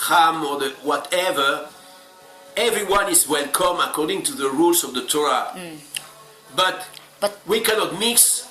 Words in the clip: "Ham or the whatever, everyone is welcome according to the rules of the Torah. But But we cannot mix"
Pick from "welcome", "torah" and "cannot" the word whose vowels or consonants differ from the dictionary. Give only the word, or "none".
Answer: none